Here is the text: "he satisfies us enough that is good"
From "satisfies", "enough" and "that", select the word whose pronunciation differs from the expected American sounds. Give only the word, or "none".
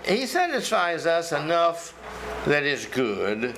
none